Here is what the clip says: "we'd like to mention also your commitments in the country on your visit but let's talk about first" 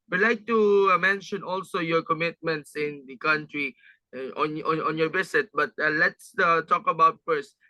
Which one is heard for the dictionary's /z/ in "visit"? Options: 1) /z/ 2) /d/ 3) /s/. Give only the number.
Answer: 3